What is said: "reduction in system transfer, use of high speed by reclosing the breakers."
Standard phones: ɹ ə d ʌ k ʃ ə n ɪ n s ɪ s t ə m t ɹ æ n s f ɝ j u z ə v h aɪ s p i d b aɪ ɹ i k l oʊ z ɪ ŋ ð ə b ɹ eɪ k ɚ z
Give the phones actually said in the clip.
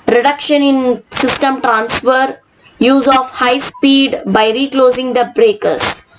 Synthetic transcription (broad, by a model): ɹ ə d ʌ k ʃ ə n ɪ n s ɪ s t ə m t ɹ æ n s f ɝ j u z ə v h aɪ s p i d b aɪ ɹ i k l oʊ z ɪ ŋ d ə b ɹ eɪ k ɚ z